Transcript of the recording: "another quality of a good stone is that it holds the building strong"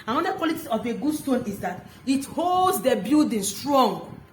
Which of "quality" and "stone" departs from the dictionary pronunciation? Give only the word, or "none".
none